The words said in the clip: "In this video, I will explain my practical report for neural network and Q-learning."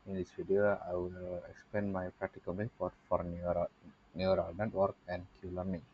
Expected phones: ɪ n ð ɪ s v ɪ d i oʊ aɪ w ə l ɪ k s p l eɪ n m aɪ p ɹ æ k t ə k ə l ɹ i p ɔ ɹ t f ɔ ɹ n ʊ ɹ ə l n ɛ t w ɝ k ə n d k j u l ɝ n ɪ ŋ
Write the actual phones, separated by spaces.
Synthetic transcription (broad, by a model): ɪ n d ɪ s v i d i oʊ aɪ w ə l ɪ k s p l eɪ n m aɪ p ɹ æ k t ə k ə l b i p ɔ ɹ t f ɔ ɹ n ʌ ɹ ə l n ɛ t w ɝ k ə n d k j u l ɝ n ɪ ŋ